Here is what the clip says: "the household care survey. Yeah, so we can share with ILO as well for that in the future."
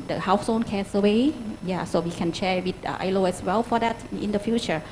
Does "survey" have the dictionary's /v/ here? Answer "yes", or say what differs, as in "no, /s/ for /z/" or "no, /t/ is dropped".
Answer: no, /w/ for /v/